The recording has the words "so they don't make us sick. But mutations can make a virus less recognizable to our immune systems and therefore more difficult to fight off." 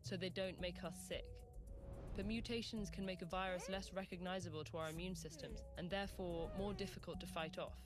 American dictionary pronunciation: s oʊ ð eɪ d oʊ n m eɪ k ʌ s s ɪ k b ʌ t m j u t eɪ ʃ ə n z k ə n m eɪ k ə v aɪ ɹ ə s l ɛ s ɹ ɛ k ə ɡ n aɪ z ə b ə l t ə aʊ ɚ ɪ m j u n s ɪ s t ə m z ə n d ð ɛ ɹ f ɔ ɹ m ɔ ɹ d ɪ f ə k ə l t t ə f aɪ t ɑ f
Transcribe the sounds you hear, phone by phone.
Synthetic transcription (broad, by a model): s oʊ ð eɪ d oʊ n m eɪ k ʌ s s ɪ k b ʌ t m j u t eɪ ʃ ə n z k ə n m eɪ k ə v aɪ ɹ ə s l ɛ s ɹ ɛ k ə ɡ n aɪ z ə b ə l t ə aʊ ɚ ɪ m j u n s ɪ s t ə m z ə n ð ɛ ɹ f ɔ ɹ m ɔ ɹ d ɪ f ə k ə l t t ə f aɪ t ɑ f